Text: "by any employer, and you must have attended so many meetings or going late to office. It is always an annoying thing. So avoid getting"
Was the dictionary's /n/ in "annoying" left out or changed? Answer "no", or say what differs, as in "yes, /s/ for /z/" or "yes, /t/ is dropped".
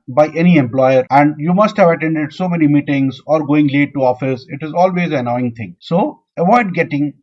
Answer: yes, /n/ is dropped